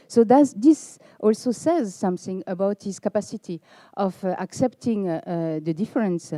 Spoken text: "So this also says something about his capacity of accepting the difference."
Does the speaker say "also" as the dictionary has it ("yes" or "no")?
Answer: yes